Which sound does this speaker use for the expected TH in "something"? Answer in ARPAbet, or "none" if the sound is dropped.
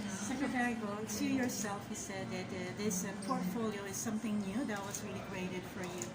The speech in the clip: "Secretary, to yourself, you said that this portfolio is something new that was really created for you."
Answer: TH